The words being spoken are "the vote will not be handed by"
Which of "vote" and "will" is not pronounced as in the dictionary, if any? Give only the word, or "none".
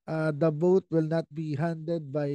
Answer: vote